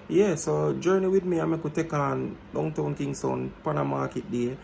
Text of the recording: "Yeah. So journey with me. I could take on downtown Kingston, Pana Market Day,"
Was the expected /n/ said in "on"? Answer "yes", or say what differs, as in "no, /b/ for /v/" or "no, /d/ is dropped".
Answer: yes